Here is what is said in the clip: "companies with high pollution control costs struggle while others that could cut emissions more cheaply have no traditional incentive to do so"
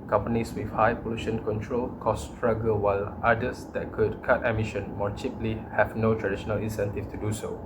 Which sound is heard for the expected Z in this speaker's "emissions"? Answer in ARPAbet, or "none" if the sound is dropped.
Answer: none